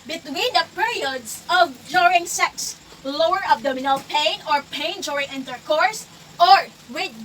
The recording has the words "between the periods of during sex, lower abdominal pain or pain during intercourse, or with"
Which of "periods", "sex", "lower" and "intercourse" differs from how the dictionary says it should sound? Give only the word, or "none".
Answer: periods